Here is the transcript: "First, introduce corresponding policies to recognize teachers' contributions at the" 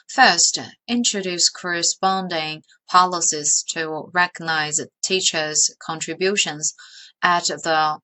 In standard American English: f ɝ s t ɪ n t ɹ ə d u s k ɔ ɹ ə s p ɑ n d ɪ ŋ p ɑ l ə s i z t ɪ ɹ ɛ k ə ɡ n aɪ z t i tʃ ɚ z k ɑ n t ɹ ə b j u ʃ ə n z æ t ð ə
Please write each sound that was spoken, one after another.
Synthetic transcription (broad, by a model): f ɝ s t ɪ n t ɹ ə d u s k ɔ ɹ ə s p ɑ n d ɪ ŋ p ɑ l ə s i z t ɪ ɹ ɛ k ə ɡ n aɪ z t i tʃ ɚ z k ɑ n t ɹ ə b j u ʃ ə n z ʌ t ð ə